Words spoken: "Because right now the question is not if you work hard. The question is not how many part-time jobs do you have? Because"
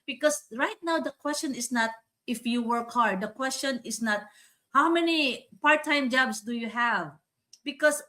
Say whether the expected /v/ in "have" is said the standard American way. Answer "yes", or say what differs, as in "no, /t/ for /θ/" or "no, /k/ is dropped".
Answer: yes